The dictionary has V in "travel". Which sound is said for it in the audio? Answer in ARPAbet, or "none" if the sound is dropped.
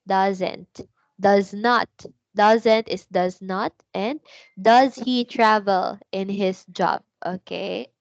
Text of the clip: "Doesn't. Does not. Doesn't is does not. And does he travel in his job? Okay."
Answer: V